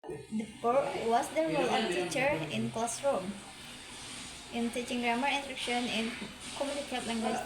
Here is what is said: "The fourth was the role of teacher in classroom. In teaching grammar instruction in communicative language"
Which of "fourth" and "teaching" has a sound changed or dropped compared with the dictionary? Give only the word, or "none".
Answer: fourth